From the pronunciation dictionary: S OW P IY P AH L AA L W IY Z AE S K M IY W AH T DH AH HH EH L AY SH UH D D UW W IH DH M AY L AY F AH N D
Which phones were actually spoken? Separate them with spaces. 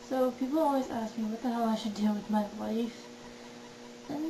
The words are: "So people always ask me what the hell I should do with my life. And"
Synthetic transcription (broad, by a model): S OW P IY P L AA L W IY Z AE S K M IY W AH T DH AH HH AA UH AY SH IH D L W IH DH M AY W AY F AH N